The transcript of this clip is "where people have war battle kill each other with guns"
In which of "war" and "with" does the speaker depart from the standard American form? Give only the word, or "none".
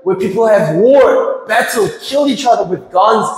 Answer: none